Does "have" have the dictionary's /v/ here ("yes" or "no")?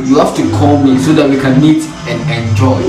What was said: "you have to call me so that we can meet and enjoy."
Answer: no